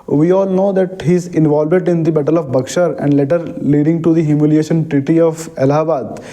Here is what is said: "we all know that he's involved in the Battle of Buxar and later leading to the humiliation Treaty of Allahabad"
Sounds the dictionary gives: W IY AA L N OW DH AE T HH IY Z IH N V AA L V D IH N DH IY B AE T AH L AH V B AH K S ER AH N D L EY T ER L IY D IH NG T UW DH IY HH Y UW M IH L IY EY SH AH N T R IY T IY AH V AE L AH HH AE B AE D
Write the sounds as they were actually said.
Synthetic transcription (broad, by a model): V IY AA L N OW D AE T HH IY Z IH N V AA L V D IH N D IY B AE T AH L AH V B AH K SH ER AH N D L EY T ER L IY D IH NG T UW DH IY HH Y UW M IH L IY EY SH AH N T R IY T IY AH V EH L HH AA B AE D